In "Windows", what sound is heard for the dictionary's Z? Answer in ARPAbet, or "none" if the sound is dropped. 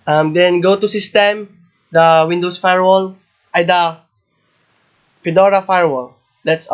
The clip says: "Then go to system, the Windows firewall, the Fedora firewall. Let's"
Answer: S